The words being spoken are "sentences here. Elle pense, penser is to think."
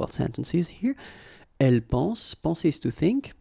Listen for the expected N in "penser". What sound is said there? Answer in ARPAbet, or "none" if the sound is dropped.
none